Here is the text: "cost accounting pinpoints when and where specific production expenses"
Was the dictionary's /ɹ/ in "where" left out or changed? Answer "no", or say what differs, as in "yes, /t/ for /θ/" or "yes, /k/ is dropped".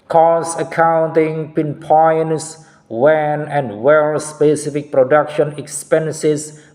yes, /l/ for /ɹ/